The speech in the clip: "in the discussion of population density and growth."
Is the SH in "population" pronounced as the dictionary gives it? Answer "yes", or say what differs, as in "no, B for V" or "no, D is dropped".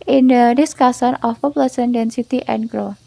no, S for SH